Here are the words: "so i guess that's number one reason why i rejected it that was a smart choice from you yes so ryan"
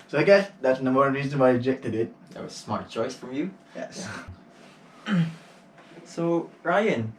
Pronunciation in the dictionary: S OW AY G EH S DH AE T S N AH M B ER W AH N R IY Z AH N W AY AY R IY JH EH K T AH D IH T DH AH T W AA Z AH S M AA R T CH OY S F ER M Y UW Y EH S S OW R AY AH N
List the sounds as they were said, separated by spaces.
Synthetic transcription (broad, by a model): S OW AY G EH S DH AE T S N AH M AO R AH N R IY Z AH N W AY AY R IY JH EH K T AH D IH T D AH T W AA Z AH S M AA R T CH OY S F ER Y UW Y EH S S OW R AY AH N